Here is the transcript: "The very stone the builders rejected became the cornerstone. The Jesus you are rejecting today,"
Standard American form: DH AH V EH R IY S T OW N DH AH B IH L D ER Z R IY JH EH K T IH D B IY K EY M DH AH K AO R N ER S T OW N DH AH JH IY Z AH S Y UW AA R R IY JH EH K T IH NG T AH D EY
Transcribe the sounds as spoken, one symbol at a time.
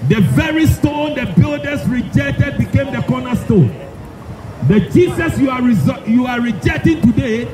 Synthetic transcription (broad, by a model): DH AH V EH R IY S T OW N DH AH B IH L D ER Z R IY JH EH K T IH D B IY K EY M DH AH K AO N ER S T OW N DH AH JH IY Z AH S Y UW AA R R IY JH EH K T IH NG T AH D EY